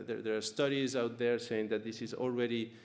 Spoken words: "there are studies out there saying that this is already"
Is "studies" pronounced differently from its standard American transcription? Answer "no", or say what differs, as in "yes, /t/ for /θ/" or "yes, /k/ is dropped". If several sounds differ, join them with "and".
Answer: no